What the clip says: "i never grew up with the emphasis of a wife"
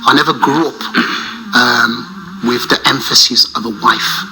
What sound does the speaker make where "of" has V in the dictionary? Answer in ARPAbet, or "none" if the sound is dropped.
V